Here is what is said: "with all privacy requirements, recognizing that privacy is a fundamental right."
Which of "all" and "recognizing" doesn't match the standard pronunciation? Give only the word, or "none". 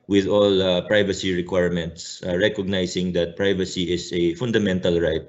recognizing